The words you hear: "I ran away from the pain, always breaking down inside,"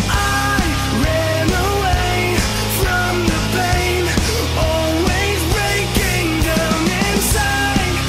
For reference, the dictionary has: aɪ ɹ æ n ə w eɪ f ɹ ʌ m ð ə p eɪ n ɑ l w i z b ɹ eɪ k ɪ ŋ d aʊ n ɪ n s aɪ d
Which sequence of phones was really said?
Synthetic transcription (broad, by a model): aɪ ɹ æ n ə w eɪ f ɹ ʌ m ð ə p eɪ n ɑ l w i z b ɹ eɪ k ɪ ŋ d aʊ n ɪ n s aɪ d